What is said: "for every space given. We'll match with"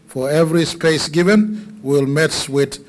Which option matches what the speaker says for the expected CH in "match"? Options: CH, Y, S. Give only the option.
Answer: S